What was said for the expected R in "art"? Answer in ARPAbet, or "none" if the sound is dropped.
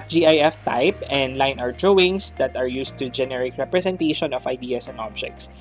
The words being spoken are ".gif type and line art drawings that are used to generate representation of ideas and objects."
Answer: W